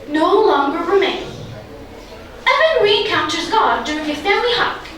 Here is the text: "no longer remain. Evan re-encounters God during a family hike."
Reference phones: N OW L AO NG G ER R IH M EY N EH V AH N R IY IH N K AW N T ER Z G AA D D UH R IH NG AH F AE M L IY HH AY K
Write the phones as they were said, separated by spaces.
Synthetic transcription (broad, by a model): N OW L AO NG G ER R IH M EY N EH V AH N R IY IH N K AW N T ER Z G AA D D UH R IH NG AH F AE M L IY HH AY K